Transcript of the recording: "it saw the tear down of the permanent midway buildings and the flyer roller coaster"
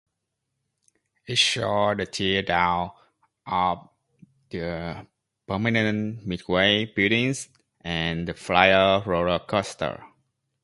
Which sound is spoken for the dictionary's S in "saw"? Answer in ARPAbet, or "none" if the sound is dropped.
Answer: SH